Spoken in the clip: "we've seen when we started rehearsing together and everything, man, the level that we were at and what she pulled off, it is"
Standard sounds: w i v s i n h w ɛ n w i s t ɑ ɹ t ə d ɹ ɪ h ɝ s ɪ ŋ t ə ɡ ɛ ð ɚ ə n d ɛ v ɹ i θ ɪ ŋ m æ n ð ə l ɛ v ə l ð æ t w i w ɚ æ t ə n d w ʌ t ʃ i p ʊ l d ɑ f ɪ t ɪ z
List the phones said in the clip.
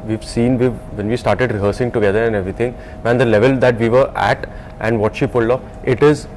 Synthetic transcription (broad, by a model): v i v s i n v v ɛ n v i s t ɑ ɹ t ə d ɹ ɪ h ɝ s ɪ ŋ t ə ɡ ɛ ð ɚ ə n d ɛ v ɹ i t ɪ ŋ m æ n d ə l ɛ v ə l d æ t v i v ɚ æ t ə n d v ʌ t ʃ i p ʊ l ɑ ɪ t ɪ z